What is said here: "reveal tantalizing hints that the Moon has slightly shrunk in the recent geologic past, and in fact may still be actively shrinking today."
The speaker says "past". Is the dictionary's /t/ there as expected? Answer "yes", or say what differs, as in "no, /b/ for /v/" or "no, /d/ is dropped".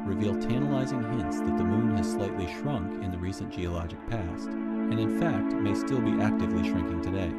yes